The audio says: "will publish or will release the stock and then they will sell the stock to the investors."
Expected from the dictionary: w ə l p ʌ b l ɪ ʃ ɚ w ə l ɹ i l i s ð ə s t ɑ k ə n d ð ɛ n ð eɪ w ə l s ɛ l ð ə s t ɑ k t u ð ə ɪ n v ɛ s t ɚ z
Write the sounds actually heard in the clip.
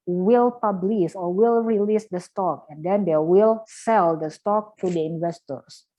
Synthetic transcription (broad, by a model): w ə l p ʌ b l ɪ s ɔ w ə l ɹ i l i s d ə s t ɑ k ə n d ɛ n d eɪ w ə l s ɛ l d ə s t ɑ k t u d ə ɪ n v ɛ s t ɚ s